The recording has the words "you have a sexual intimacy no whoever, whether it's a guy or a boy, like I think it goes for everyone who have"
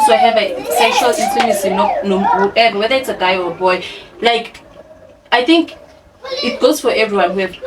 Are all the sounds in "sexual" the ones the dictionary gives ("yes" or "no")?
no